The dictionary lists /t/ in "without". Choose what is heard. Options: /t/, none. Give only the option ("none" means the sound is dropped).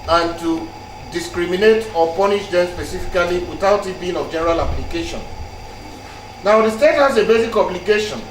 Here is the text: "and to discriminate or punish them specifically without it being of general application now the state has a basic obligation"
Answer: /t/